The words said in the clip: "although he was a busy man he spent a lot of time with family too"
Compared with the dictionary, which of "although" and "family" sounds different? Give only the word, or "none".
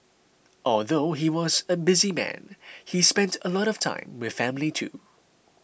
none